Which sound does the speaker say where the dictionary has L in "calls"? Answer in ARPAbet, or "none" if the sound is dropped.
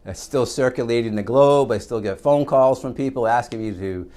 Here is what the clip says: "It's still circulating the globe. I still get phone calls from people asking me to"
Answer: L